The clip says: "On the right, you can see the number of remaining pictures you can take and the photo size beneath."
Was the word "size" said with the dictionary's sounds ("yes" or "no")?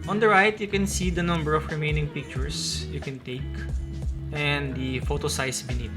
no